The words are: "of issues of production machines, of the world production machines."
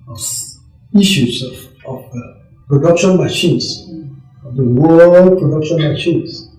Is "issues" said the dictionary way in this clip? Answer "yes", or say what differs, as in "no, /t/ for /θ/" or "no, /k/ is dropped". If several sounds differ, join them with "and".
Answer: no, /s/ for /ʃ/